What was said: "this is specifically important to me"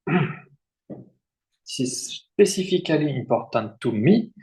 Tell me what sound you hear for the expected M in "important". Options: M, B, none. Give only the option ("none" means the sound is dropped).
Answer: none